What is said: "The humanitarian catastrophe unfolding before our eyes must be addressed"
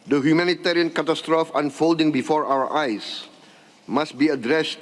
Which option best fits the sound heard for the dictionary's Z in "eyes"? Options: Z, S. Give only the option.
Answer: S